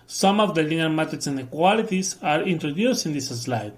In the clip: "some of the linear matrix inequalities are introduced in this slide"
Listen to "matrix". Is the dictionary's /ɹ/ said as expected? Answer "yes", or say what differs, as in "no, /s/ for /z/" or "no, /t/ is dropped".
no, /ɹ/ is dropped